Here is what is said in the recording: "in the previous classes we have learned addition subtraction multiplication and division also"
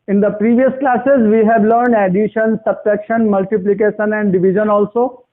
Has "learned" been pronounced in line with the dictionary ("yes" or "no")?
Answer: yes